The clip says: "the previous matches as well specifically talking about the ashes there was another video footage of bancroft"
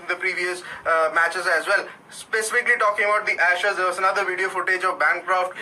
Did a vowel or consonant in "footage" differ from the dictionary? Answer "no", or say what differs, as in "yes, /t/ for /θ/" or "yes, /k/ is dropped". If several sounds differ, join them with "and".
no